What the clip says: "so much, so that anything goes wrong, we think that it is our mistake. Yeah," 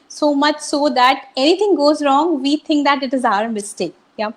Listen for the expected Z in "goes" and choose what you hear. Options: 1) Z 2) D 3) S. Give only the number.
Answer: 1